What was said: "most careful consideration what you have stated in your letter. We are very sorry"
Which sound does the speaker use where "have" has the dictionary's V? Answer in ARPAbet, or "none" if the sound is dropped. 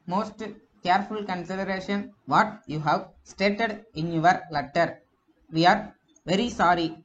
V